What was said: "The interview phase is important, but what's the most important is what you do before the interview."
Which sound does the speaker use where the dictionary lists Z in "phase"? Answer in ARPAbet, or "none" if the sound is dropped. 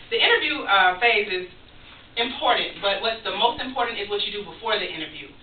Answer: Z